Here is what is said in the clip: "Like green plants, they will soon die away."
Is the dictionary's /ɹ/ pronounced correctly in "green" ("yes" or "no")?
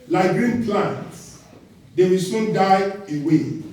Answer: yes